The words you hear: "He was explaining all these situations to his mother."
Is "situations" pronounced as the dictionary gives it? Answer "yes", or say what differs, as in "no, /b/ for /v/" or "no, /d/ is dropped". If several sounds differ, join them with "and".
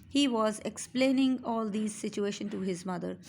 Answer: no, /z/ is dropped